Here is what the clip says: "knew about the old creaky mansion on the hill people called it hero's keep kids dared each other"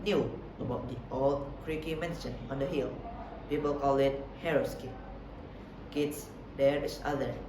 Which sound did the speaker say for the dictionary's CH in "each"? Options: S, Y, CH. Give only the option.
S